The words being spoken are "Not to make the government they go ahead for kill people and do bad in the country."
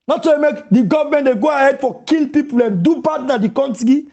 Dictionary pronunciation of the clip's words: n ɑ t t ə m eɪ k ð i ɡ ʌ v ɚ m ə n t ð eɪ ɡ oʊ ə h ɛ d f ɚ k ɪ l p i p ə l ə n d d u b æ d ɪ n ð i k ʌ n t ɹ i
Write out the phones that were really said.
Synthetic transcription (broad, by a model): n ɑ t s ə m eɪ k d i ɡ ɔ v m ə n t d eɪ ɡ oʊ ə h ɛ d f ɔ k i l p i p ə l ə n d d u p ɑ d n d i k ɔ n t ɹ i